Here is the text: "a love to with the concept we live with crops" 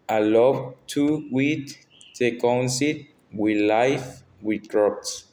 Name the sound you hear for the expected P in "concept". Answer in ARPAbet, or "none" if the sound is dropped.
none